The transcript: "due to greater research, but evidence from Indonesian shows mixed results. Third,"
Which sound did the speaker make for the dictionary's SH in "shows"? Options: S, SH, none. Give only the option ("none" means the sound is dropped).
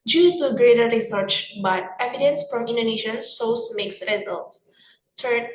S